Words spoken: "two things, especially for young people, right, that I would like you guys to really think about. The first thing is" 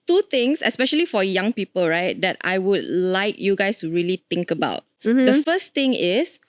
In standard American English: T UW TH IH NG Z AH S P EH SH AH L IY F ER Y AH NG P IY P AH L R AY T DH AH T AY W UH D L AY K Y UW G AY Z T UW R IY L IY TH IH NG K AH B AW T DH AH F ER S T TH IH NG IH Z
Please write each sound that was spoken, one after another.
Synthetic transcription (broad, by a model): T UW T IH NG S AH S P EH SH AH L IY F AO Y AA NG P IY P AH L R AY T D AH T AY W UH D L AY K Y UW G AY S T UW R IY L IY T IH NG K AH B AW T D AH F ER S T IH NG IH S